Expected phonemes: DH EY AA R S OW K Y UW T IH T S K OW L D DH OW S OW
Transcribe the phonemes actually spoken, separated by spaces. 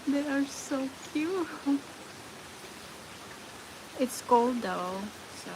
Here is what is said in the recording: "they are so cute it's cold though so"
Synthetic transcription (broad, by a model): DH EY AA R S OW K Y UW IH T S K OW L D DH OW S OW